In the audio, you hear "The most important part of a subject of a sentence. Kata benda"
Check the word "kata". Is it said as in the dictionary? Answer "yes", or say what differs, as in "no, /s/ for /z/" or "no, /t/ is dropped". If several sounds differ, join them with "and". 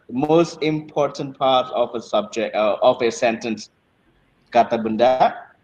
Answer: yes